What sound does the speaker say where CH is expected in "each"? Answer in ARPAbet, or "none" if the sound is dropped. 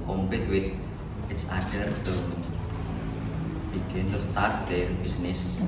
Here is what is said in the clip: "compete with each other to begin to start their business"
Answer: S